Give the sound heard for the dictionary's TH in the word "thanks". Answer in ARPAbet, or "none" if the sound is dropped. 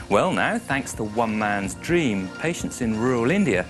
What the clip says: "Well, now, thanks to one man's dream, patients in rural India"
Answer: TH